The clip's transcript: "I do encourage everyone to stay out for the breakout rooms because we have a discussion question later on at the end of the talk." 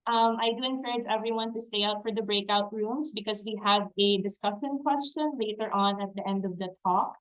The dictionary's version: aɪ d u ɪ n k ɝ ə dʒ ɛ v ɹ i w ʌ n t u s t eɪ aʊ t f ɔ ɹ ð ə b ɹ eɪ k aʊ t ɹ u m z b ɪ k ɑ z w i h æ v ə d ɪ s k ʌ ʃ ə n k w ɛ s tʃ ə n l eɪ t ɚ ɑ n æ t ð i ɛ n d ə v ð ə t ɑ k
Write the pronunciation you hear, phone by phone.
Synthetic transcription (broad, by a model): aɪ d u ɪ n k ɝ ə dʒ ɛ v ɹ i w ʌ n t u s t eɪ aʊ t f ɔ ɹ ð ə b ɹ eɪ k aʊ t ɹ u m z b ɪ k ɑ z w i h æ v ə d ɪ s k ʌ s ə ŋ k w ɛ s tʃ ə n l eɪ t ɚ ɑ n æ t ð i ɛ n d ə v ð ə t ɑ k